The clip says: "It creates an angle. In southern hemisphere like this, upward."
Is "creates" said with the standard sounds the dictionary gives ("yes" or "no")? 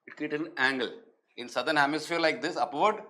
no